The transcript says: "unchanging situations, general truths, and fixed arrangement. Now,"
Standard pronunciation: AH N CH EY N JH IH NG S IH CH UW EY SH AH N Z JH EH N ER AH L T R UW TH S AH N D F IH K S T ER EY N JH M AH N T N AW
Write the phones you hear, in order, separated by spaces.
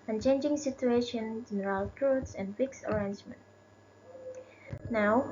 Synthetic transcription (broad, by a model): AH N CH EY N JH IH NG S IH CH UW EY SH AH N JH EH N ER AH L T R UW T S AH N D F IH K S ER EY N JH M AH N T N AW